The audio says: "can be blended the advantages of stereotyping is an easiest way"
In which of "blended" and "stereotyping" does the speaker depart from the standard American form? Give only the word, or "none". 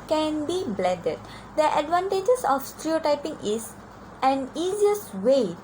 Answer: blended